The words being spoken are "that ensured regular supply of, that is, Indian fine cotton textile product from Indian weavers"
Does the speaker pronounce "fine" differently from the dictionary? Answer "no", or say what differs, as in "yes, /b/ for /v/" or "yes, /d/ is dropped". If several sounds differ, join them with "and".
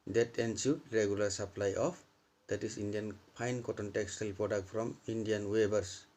yes, /p/ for /f/